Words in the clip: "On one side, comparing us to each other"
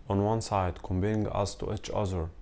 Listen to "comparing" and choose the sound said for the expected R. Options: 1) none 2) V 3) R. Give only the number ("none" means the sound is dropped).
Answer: 1